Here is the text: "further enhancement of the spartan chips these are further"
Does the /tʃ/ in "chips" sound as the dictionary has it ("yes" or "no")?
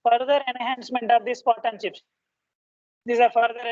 no